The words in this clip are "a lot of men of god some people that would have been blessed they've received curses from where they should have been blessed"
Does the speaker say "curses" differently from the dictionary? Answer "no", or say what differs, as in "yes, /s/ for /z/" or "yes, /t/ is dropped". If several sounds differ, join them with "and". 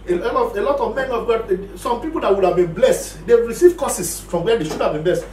yes, /s/ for /z/